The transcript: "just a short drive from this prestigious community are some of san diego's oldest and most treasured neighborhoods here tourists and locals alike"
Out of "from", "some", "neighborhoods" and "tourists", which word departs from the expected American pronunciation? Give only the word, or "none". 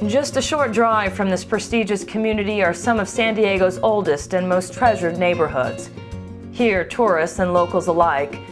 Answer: none